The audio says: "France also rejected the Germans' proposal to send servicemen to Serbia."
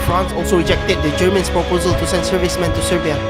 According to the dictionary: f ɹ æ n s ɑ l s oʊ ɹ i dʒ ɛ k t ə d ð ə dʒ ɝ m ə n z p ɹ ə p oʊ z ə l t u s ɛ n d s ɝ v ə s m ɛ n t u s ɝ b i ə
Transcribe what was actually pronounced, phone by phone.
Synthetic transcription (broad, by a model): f ɹ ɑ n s ɑ l s oʊ ɹ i dʒ ɛ k t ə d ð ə dʒ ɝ m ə n s p ɹ ə p oʊ z ə l t u s ɛ n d s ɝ v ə s m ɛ n t u s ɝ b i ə